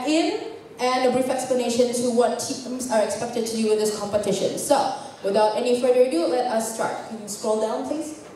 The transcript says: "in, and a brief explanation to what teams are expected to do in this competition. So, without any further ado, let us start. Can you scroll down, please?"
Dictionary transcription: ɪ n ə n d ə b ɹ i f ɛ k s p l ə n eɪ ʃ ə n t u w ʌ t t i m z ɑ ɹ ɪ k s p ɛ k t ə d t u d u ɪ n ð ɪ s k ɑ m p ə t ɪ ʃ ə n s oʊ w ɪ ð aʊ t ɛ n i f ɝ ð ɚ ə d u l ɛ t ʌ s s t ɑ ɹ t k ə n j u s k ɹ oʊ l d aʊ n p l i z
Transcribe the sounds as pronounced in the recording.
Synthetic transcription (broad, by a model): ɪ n ə n d ə b ɹ i f ɛ k s p l ə n eɪ ʃ ə n t u w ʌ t t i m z ɑ ɹ ɪ k s p ɛ k t ə d t u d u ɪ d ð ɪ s k ɑ m p ə t ɪ ʃ ə n s oʊ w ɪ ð aʊ t ɛ n i f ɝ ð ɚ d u l ɛ t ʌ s s t ɑ ɹ t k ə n s k ɹ oʊ l d aʊ n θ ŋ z